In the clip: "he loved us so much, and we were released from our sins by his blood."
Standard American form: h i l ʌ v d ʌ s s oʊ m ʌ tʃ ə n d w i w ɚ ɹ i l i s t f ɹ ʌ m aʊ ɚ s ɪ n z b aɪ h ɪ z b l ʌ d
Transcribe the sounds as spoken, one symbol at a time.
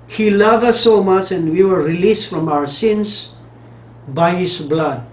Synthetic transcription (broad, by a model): h i l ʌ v ʌ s s oʊ m ʌ tʃ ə n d w i w ɚ ɹ i l i s t f ɹ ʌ m aʊ ɚ s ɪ n s b aɪ h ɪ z b l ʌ d